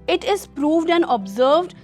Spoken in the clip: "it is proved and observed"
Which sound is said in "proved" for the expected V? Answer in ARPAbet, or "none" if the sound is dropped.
V